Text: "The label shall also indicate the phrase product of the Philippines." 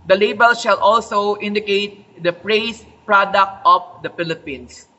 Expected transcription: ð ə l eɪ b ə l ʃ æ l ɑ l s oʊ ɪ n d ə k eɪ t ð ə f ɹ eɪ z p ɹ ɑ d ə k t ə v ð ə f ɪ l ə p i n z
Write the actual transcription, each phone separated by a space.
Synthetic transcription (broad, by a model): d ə l eɪ b ə l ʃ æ l ɑ l s oʊ ɪ n d ə k eɪ t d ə p ɹ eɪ s p ɹ ɑ d ə k t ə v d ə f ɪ l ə p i n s